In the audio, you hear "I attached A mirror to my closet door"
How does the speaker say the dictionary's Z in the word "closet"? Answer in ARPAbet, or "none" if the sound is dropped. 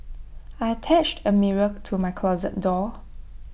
Z